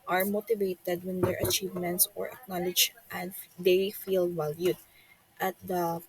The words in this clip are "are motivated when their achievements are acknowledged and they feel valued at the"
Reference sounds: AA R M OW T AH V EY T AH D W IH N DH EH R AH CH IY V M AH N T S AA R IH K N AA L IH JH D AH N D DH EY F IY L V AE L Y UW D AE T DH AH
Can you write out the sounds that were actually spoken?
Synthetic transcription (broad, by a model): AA R M OW T AH V EY T AH D W IH N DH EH R AH CH IY V M AH N T S AA R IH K N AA L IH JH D AH N D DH EY F IY L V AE L Y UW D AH T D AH